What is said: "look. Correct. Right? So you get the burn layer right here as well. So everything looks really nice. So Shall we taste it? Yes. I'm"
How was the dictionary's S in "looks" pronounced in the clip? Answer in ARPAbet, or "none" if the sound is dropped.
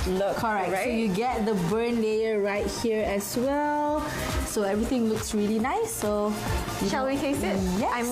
S